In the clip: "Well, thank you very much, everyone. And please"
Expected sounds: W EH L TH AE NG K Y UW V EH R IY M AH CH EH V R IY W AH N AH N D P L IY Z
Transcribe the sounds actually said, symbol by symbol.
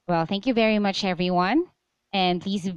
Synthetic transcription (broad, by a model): W EH L TH AE NG K Y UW V EH R IY M AH CH EH V R IY W AH N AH N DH IY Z